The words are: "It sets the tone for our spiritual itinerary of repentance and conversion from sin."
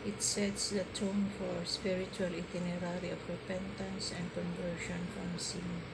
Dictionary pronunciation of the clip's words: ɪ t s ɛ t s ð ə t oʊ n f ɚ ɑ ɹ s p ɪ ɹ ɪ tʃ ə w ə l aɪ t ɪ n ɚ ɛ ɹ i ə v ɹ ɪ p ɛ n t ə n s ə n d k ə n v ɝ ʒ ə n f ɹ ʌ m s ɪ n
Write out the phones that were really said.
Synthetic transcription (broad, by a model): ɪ t s ɛ t s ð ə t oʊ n f ɑ ɹ s p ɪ ɹ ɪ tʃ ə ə l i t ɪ n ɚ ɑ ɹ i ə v ɹ ɪ p ɛ n t ə n s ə n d k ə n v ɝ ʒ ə n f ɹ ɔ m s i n